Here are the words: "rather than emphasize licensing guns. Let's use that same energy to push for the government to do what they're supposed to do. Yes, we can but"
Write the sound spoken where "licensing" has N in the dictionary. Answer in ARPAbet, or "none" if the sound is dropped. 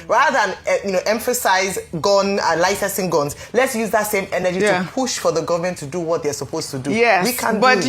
none